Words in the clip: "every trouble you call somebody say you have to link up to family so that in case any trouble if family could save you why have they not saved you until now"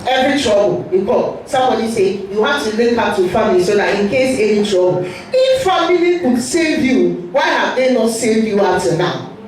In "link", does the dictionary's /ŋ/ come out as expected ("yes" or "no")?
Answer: no